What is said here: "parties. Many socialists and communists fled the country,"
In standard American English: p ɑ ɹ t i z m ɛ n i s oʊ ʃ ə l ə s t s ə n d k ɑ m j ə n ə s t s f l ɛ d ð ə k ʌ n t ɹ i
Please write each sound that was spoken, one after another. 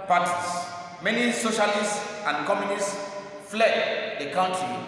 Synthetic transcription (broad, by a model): p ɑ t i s m ɛ n i s oʊ ʃ ə l ə s t s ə n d k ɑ m j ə n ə s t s f l ɛ d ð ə k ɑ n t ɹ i